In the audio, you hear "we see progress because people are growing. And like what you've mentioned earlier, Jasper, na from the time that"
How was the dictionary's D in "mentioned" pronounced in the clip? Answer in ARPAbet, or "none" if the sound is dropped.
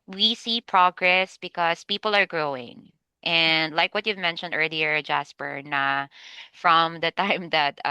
D